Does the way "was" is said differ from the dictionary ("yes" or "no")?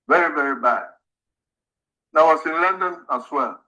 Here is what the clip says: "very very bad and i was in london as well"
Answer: yes